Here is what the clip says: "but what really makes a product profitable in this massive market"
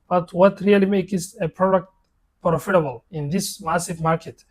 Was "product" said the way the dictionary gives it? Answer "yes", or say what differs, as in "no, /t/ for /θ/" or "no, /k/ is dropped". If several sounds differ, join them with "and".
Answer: yes